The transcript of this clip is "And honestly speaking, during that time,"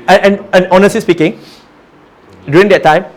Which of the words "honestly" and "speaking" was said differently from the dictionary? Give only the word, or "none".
honestly